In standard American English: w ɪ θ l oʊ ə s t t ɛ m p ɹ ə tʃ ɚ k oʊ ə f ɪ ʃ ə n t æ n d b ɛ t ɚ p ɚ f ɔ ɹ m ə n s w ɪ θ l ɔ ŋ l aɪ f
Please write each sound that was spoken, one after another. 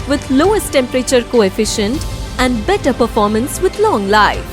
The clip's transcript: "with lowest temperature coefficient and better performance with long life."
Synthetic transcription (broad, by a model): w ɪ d l oʊ ə s t t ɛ m p ɹ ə tʃ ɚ k oʊ ə f ɪ ʃ ə n t æ n d b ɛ t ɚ p ɚ f ɔ ɹ m ə n s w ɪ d l ɔ ŋ l aɪ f